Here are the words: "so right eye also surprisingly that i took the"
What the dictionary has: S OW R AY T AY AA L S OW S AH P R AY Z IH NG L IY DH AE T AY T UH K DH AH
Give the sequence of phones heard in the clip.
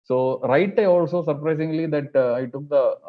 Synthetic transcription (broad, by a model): S OW R AY T AY AA L S OW S AH P R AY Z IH NG L IY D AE T AY T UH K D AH